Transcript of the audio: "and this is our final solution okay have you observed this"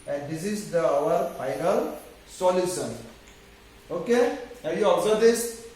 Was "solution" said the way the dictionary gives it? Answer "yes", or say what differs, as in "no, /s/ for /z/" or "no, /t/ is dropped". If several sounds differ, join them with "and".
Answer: no, /s/ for /ʃ/